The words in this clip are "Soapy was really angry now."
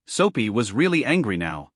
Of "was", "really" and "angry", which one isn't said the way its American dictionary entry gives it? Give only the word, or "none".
none